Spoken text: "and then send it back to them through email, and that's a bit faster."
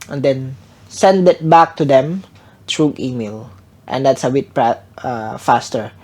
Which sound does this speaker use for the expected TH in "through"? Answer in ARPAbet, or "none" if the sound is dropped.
T